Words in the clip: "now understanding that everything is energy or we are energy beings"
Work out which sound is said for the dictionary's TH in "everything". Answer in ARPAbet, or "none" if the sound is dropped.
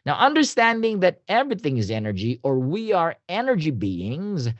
TH